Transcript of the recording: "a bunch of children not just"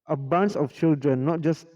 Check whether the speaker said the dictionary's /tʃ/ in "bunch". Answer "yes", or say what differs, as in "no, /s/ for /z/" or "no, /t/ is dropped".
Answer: no, /s/ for /tʃ/